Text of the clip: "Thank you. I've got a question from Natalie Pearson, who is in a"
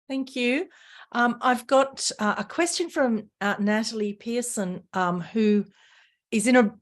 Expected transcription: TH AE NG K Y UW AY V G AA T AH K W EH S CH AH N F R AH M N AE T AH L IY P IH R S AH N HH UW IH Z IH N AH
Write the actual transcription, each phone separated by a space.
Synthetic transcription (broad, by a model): TH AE NG K Y UW AY V G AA T AH K W EH S CH AH N F R AH M N AE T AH L IY P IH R S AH N HH UW IH Z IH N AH